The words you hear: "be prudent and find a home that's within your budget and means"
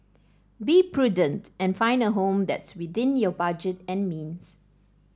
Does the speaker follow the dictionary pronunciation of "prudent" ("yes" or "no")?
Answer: yes